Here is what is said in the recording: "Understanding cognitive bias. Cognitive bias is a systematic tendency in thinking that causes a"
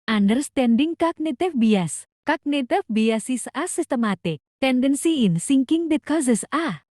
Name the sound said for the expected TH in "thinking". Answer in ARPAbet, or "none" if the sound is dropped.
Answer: S